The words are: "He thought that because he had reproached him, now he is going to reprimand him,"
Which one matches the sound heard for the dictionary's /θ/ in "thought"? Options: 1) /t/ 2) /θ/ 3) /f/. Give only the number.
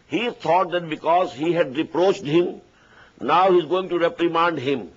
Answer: 1